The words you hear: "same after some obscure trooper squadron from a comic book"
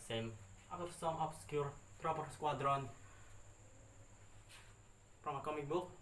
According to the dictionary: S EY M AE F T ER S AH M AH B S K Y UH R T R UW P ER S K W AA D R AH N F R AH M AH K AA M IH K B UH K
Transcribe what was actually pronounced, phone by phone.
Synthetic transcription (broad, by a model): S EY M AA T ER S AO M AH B S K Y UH R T R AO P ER S K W AA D R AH N P R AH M AH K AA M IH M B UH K